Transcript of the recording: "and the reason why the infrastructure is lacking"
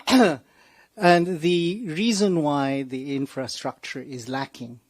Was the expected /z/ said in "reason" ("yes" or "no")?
yes